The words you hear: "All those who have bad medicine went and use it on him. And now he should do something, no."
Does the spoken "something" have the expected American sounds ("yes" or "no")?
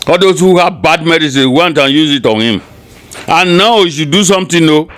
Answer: no